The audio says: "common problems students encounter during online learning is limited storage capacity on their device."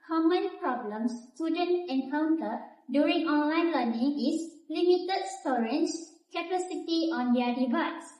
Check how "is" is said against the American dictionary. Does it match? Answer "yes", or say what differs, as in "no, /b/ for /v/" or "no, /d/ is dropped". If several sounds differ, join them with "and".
no, /s/ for /z/